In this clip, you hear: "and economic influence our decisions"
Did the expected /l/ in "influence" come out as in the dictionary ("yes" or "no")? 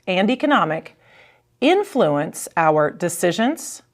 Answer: yes